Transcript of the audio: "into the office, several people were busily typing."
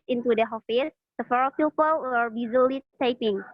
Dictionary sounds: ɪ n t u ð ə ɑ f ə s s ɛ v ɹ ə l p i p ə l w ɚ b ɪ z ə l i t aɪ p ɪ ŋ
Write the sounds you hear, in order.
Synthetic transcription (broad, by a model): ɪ n t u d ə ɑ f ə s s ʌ f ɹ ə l p i p ə l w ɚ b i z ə l i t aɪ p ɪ ŋ